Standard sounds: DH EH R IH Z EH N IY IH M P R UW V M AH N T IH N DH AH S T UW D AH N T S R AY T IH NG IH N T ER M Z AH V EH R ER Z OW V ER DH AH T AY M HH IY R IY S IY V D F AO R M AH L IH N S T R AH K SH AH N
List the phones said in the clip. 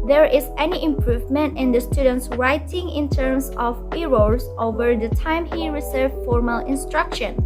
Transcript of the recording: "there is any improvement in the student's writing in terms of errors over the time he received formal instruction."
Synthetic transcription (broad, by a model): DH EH R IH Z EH N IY IH M P R UW V M AH N T IH N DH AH S T UW D AH N T S R AY T IH NG IH N T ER M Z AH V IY R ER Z OW V ER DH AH T AY M HH IY R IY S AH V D F AO R M AH L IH N S T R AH K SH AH N